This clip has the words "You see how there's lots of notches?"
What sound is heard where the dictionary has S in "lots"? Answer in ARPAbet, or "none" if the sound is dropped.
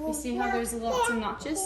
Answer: none